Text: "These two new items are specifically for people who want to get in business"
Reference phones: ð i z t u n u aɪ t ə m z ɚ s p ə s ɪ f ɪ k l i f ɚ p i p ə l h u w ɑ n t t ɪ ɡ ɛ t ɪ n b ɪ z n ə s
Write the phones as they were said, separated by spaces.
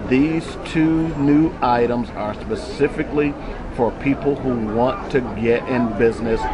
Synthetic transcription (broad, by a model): ð i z t u n u aɪ t ə m z ɚ s p ə s ɪ f ɪ k l i f ɚ p i p l h u w ɑ n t t ɪ ɡ ɛ t ɪ n b ɪ z n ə s